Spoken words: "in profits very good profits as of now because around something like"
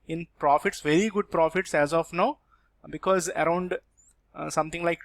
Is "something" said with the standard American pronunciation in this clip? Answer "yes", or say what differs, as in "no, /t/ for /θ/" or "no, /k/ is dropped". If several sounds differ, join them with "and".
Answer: no, /t/ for /θ/